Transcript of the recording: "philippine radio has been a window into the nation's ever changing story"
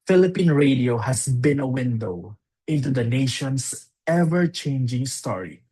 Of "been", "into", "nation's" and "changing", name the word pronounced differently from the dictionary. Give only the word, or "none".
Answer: nation's